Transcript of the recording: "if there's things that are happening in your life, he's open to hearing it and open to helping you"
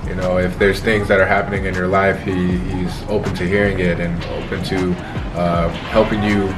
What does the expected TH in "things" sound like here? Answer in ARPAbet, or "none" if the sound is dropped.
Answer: TH